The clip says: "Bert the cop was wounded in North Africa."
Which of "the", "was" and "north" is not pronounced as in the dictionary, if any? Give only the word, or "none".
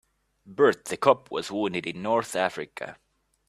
none